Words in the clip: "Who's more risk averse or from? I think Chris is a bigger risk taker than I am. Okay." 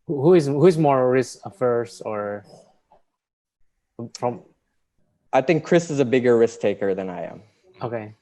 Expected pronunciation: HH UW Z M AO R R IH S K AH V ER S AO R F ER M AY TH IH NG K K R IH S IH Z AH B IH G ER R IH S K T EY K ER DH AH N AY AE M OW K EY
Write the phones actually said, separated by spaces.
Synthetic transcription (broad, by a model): HH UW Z M AO R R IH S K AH F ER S AO R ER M AY TH IH NG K K R IH S IH Z AH B IH G ER R IH S K T EY K ER DH AH N AY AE M OW K EY